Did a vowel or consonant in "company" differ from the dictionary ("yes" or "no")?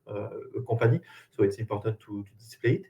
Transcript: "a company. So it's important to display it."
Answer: yes